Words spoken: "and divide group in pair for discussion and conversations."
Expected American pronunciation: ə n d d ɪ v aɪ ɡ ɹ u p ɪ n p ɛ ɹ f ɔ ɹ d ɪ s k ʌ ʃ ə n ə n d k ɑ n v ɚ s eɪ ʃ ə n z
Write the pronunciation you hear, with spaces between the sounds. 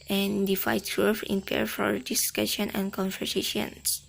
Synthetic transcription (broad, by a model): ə n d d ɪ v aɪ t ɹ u f ɪ n p ɛ ɹ f ɔ ɹ d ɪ s k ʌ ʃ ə n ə n k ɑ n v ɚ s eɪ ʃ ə n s